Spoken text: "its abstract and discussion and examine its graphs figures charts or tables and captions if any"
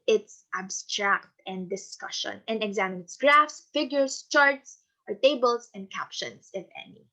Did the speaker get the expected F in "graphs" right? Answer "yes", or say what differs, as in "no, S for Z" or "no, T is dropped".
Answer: yes